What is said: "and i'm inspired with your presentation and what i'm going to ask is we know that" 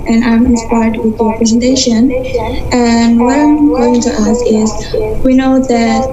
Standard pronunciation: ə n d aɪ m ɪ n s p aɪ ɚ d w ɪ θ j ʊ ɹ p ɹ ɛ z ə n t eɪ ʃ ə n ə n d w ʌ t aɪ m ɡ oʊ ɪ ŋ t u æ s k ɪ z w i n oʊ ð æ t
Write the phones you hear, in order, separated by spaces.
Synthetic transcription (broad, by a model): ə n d aɪ m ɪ n s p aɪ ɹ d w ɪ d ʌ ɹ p ɹ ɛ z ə n t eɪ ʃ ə n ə n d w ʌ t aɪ m ɡ oʊ ɪ ŋ t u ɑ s ɪ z w i n oʊ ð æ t